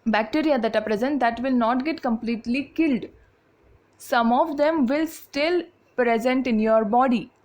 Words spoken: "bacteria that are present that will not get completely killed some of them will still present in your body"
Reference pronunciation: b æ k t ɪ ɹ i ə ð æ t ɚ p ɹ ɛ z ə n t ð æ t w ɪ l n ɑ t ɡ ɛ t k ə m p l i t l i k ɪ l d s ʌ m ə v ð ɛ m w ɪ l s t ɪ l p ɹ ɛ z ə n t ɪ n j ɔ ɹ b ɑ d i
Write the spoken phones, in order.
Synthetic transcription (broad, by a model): b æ k t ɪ ɹ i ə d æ t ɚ p ɹ ɛ z ə n t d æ t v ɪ l n ɑ t ɡ ɛ t k ə m p l i t l i k ɪ l d s ʌ m ə v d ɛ m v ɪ l s t ɪ l p ɹ ɛ z ə n t ɪ n j ɔ ɹ b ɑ d i